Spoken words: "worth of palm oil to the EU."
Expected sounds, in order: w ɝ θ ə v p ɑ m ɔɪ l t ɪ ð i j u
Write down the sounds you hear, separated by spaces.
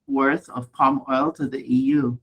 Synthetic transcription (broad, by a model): w ɝ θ ə v p ɑ m ɔɪ l t ɪ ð i j u